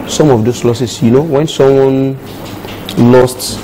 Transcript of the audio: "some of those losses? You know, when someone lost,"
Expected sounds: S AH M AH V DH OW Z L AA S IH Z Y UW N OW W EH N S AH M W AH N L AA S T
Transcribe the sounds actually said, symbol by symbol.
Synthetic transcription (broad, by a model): S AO M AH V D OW S L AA S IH S Y UW N OW W EH N S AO M W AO N L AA S T